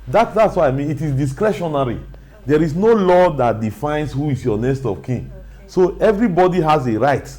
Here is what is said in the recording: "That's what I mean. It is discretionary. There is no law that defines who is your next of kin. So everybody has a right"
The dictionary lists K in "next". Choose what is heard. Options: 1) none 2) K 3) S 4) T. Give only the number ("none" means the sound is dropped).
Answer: 1